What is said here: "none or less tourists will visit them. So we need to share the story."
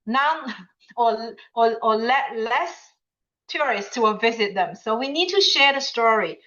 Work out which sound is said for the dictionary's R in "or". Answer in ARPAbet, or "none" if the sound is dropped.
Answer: L